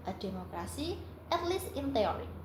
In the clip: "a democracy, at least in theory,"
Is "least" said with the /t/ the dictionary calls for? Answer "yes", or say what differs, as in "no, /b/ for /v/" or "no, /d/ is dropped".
no, /t/ is dropped